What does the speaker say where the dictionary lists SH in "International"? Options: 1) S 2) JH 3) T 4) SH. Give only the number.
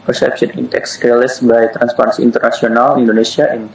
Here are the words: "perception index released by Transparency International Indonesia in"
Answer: 1